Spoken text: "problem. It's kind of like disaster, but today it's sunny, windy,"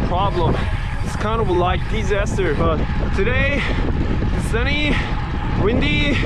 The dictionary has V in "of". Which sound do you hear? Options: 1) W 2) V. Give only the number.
1